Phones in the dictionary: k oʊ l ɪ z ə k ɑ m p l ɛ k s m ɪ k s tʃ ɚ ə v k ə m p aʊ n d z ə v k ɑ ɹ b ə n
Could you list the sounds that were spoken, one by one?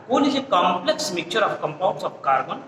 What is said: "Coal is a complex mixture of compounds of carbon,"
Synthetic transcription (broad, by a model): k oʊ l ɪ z ə k ɑ m p l ɛ k s m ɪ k tʃ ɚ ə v k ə m p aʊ n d s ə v k ɑ ɹ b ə n